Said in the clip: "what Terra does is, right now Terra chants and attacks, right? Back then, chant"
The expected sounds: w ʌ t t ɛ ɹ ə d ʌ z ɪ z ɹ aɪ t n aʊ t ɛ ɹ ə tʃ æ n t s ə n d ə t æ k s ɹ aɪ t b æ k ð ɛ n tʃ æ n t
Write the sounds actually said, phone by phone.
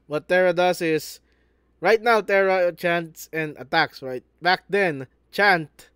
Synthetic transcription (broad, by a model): w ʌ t t ɛ ɹ ə d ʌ s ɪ s ɹ aɪ t n aʊ t ɛ ɹ ə tʃ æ n t s ə n d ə t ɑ k s ɹ aɪ t b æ k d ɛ n tʃ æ n t